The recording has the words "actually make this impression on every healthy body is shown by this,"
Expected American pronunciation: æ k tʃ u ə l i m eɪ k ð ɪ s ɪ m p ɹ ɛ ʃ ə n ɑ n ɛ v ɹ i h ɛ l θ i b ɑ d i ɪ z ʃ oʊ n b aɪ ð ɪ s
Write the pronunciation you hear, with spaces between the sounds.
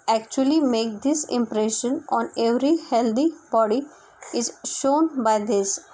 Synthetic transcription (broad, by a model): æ k tʃ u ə l i m eɪ k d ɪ s ɪ m p ɹ ɛ ʃ ə n ɑ n ɛ v ɹ i h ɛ l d i b ɑ d i ɪ z ʃ oʊ n b aɪ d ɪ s